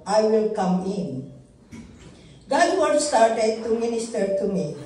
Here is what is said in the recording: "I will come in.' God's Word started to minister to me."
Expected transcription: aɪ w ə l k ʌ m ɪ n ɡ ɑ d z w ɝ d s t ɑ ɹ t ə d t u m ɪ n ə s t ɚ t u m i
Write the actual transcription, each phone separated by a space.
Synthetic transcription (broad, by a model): aɪ w ə l k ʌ m ɪ n ɡ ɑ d w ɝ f s t ɑ ɹ t ə d t u m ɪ n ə s t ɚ t u m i